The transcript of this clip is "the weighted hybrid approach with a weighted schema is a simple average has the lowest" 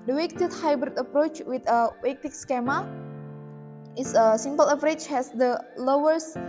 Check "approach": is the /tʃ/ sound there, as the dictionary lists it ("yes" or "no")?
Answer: yes